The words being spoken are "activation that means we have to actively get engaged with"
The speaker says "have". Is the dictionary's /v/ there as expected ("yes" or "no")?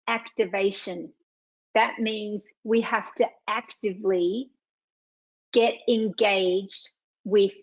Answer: no